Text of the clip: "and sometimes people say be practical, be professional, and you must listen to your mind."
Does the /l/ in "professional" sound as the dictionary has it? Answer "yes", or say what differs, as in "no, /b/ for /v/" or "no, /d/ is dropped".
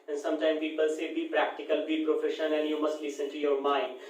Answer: no, /n/ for /l/